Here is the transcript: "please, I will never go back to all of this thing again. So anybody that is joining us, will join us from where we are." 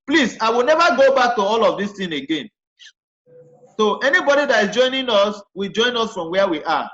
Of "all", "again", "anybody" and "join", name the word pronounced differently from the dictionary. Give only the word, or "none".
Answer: none